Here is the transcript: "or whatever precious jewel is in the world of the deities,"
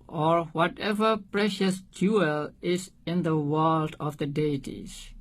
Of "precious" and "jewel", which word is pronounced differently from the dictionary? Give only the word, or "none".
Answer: none